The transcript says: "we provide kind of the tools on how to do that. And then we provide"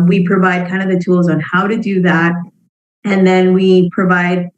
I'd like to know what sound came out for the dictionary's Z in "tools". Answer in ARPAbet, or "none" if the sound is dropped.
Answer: Z